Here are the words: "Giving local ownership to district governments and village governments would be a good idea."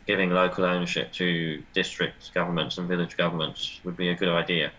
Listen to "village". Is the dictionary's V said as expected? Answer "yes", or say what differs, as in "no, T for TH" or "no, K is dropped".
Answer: yes